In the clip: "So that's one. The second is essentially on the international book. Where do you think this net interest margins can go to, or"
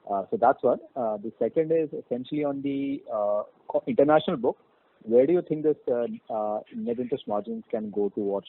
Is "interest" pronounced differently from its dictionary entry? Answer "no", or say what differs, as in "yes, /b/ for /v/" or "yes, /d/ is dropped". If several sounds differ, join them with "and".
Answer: yes, /ɹ/ is dropped